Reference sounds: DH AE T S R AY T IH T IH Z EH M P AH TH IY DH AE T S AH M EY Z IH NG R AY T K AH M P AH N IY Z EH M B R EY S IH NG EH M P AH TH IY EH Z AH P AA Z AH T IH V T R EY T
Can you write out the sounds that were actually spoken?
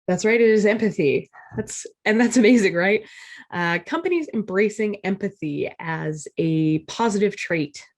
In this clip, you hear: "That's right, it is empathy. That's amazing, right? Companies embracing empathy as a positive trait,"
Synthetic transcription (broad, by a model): DH AE T S R AY T IH T IH Z EH M P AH TH IY DH AE T S AH M EY Z IH NG R AY T K AH M P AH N IY Z EH M B R EY S IH NG EH M P AH TH IY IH Z AH P AA Z AH T IH V T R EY T